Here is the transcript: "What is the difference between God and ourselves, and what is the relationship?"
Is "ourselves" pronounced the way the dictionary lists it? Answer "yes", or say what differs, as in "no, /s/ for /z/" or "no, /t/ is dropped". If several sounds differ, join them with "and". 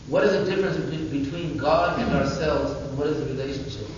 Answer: yes